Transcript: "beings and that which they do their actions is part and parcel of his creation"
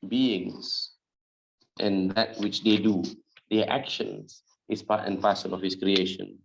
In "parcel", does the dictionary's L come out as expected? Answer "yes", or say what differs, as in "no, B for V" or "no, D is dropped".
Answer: no, N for L